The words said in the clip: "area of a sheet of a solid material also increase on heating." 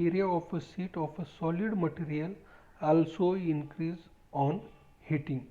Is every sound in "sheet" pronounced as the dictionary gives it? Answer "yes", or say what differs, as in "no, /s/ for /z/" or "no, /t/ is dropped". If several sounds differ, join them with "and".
no, /s/ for /ʃ/